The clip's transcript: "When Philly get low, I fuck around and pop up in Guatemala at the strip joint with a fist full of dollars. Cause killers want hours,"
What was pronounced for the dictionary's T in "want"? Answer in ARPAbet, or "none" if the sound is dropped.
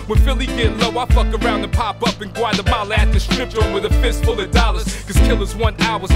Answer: none